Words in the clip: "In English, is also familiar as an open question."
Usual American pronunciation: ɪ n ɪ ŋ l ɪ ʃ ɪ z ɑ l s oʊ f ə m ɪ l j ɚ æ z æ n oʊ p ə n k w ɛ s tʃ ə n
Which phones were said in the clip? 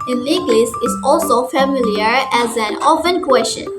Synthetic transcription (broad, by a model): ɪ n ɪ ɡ l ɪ s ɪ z ɑ l s oʊ f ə m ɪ l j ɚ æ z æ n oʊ f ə n k w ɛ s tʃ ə n